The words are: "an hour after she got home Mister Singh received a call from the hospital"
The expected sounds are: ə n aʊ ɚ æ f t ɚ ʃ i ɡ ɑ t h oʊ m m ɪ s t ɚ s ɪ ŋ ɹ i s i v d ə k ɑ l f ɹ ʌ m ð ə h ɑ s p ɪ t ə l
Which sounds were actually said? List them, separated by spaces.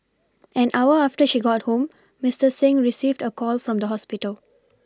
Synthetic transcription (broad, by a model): ə n aʊ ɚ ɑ f t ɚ ʃ i ɡ ɑ t h oʊ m m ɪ s t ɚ s ɪ ŋ ɹ i s i v d ə k ɑ l f ɹ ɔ m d ə h ɑ s p ɪ t ə l